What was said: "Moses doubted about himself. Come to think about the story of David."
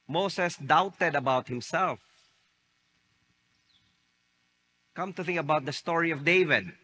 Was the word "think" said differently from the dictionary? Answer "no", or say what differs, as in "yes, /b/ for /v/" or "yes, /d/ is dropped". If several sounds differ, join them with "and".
no